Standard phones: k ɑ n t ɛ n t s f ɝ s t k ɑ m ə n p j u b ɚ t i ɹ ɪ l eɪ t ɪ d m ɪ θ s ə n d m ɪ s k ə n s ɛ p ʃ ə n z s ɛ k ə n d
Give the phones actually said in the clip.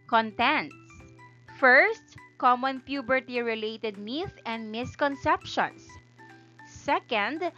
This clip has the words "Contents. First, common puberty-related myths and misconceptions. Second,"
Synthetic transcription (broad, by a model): k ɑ n t ɛ n t s f ɝ s t k ɑ m ə n p j u b ɚ t i ɹ ɪ l eɪ t ɪ d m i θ ə n d m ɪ s k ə n s ɛ p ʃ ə n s s ɛ k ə n d